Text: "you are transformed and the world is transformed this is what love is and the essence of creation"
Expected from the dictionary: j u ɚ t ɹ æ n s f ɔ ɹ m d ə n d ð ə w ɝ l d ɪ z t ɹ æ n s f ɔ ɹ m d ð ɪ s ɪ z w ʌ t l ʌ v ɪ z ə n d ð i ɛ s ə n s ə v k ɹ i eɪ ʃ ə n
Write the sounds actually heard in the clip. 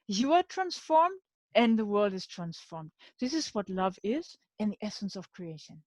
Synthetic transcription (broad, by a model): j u ɚ t ɹ æ n s f ɔ ɹ m d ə n ð ə w ɝ l d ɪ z t ɹ æ n s f ɔ ɹ m d ð ɪ s ɪ z w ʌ t l ʌ v ɪ z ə n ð i ɛ s ə n s ə v k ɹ i eɪ ʃ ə n